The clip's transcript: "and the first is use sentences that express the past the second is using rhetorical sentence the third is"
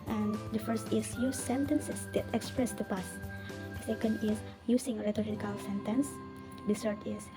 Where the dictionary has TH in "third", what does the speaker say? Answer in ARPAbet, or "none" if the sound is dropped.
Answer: S